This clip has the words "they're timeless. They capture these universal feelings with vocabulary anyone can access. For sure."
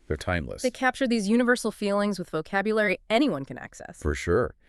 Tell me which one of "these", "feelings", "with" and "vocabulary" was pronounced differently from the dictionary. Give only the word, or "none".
none